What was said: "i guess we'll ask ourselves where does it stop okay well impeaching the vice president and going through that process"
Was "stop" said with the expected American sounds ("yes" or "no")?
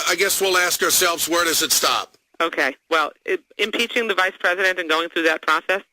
yes